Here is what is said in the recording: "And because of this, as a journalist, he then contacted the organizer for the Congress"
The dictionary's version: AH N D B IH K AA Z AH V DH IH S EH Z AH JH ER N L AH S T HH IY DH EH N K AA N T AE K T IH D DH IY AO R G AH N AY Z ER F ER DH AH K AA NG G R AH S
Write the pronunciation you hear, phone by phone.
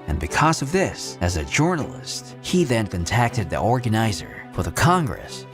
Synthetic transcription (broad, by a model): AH N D B IH K AA Z AH V DH IH S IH Z AH JH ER N L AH S T HH IY DH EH N K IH N T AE K T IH D DH IY AO R G AH N AY Z ER F ER DH AH K AA NG G R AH S